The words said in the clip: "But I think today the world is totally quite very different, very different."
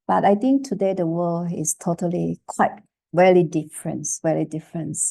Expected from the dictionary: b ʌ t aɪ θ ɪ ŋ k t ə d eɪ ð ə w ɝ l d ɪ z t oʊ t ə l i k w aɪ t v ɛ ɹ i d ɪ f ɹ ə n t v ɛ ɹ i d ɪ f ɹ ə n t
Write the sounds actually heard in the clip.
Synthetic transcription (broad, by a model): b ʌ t aɪ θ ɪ ŋ k t ə d eɪ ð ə w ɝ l ɪ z t oʊ t ə l i k w aɪ t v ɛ l i d ɪ f ɹ ə n t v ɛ l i d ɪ f ɹ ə n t